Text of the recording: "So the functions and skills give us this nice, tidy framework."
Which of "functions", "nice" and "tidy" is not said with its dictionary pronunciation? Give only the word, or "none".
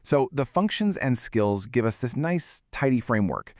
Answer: none